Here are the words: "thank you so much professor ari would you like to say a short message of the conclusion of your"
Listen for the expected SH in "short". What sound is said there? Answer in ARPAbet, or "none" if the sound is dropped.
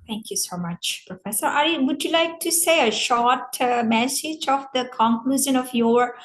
SH